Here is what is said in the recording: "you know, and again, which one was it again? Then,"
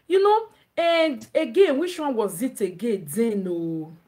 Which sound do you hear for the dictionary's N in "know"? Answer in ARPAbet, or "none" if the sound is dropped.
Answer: N